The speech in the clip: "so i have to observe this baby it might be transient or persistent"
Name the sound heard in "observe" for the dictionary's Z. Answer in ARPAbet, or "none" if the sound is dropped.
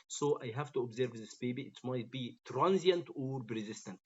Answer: Z